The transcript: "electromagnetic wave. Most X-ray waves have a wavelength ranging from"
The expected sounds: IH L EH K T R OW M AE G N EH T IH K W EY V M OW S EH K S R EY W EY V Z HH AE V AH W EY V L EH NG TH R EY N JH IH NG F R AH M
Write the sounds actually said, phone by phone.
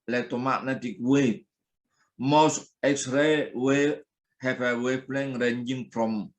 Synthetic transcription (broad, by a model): L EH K T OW M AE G N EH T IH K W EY M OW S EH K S R EY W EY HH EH P AH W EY P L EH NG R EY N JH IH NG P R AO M